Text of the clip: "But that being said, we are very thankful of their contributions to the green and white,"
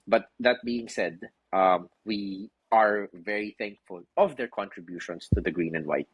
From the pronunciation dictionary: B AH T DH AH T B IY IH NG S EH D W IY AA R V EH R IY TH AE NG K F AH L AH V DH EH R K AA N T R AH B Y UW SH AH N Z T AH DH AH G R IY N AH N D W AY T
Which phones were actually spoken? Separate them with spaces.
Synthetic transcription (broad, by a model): B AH T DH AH T B IY IH NG S EH D W IY AA R V EH R IY TH AE NG K F AH L AH V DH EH R K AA N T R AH B Y UW SH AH N S T AH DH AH G R IY N AH N D W AY T